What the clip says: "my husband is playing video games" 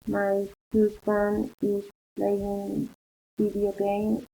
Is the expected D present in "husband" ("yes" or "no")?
no